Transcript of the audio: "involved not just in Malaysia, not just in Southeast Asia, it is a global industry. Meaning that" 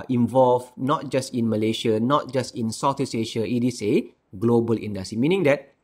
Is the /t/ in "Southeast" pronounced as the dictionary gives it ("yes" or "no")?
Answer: no